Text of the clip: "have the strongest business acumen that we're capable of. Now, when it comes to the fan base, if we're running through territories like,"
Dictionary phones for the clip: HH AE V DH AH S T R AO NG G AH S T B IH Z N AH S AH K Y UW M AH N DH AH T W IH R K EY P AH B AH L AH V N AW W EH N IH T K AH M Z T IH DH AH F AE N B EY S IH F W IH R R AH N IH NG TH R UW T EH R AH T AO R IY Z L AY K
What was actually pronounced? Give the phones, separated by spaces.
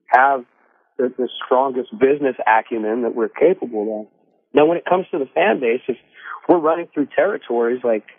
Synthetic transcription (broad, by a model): HH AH V DH AH S T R AO NG G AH S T B IH Z N AH S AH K Y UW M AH N DH AH T W IH R K EY P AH B L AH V N AW W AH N IH T K AH M Z T IH DH AH F AE N B EY S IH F W IH R R AH N IH NG TH R UW T EH R AH T AO R IY Z L AY K